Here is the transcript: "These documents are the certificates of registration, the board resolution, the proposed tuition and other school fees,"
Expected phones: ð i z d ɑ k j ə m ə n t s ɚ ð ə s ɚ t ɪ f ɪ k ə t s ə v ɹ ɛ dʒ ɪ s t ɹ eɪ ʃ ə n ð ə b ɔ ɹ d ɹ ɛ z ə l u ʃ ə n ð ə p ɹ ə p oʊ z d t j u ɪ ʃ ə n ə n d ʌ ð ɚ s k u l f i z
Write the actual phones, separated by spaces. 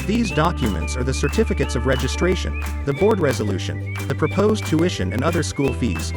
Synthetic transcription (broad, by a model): ð i z d ɑ k j ə m ə n t s ɚ ð ə s ɚ t ɪ f ɪ k ə t s ə v ɹ ɛ dʒ ɪ s t ɹ eɪ ʃ ə n ð ə b ɔ ɹ d ɹ ɛ z ə l u ʃ ə n ð ə p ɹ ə p oʊ z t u ɪ ʃ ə n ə n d ʌ ð ɚ s k u l f i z